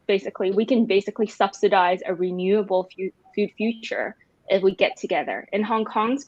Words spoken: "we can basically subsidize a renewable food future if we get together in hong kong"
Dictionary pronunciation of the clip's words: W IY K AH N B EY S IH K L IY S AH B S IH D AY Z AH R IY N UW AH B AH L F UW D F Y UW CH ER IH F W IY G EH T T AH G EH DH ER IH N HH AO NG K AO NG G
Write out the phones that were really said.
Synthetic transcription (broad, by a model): W IY K AH N B EY S IH K L IY S AH B S IH D AY Z AH R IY N UW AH B L F UW D F Y UW CH ER IH F W IY G EH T T AH G EH DH ER IH N HH AO NG K AO NG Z